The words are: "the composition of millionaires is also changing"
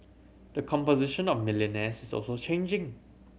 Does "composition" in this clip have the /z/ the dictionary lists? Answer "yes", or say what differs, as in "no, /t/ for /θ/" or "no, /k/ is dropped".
yes